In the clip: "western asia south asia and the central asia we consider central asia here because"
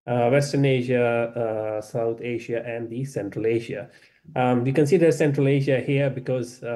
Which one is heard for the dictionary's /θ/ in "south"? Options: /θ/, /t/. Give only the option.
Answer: /t/